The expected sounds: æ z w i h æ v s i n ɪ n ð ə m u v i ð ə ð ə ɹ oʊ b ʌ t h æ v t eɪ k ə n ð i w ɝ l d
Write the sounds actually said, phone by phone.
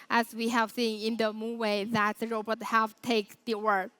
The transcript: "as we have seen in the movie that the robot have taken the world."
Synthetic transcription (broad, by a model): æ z w i h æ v s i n ɪ n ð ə m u w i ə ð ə ɹ oʊ b ʌ t h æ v t eɪ ə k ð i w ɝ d